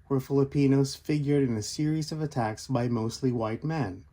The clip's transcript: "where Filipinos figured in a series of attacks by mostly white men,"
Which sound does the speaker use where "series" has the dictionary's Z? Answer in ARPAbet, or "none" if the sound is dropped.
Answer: Z